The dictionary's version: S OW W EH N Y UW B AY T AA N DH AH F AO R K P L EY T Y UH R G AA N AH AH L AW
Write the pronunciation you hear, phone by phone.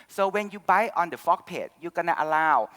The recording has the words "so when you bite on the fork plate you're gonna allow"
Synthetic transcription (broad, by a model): S OW W EH N Y UW B AY T AA N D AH F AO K P EY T Y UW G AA N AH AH L AW